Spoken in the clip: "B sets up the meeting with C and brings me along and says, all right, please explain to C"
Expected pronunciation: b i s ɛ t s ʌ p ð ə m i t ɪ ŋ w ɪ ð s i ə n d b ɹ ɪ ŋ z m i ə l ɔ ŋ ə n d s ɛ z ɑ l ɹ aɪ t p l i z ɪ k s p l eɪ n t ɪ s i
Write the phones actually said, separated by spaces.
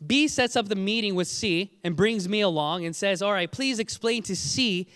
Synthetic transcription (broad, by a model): b i s ɛ t s ʌ p ð ə m i t ɪ ŋ w ɪ ð s i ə n b ɹ ɪ ŋ z m i ə l ɔ ŋ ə n s ɛ z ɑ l ɹ aɪ t p l i z ɪ k s p l eɪ n t ɪ s i